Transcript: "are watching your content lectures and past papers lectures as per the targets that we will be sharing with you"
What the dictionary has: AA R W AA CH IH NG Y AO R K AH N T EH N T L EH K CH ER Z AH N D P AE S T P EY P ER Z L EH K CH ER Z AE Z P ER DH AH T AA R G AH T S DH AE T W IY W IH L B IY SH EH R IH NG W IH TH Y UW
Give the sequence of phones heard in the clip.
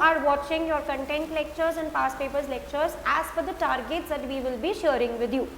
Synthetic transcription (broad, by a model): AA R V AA CH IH NG Y AO R K AH N T EH N T L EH K CH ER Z AH N D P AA S P EY P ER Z L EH K CH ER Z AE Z F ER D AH T AA R G AH T S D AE T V IY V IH L B IY SH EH R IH NG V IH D Y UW